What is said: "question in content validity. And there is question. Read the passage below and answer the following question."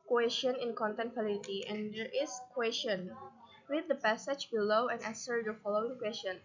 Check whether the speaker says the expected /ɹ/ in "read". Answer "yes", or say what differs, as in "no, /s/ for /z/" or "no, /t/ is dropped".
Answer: no, /w/ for /ɹ/